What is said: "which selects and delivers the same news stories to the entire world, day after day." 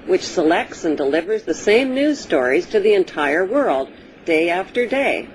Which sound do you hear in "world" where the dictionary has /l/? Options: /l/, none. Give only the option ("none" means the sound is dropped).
/l/